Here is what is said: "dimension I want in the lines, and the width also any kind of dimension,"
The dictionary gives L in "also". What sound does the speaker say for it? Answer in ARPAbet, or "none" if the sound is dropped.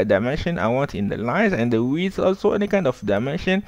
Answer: L